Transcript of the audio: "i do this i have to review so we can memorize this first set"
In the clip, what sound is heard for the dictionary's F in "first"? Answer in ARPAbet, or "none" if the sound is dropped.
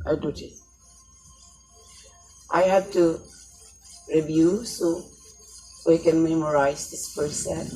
P